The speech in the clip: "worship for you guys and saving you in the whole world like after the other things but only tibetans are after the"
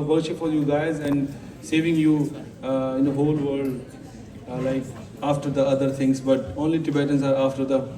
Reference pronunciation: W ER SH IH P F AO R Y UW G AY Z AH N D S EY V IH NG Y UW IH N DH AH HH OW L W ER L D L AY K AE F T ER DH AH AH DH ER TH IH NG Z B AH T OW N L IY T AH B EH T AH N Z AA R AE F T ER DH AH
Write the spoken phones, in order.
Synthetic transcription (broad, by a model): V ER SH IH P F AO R Y UW G AY Z AH N D S EY V IH NG Y UW IH N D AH HH OW L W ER D L AY K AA F T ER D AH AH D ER T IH NG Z B AH T OW N L IY T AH B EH T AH N S AA R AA F T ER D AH